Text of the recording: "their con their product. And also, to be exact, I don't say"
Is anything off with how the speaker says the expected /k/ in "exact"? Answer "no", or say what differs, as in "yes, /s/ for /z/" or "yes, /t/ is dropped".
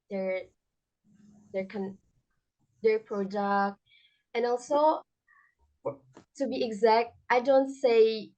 no